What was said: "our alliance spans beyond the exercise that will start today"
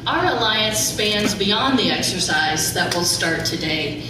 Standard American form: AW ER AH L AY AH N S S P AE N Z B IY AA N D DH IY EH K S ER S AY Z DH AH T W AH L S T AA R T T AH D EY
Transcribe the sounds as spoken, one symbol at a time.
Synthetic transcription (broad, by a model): AW ER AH L AY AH N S S P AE N Z B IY AA N DH IY EH K S ER S AY Z DH AH T W AH L S T AA R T T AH D EY